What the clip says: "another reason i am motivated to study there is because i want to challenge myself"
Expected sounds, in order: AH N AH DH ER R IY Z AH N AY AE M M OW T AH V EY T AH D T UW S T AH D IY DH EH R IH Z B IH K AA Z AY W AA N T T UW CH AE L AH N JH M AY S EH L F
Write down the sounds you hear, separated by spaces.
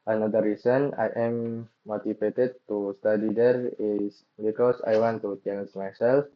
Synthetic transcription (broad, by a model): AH N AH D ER R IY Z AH N AY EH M M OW T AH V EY T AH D T UW S T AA D IY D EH R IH S B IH K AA S AY W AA N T T UW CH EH N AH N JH M AY S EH L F